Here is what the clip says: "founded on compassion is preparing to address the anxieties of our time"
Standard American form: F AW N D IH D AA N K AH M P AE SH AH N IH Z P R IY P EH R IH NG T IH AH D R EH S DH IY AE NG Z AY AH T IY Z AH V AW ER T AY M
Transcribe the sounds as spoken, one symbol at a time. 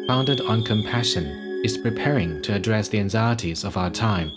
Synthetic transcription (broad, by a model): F AW N D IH D N K AH M P AE SH AH N IH Z P R IY P EH R IH NG T IH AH D R EH S DH IY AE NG Z AY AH T IY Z AH V AW ER T AY M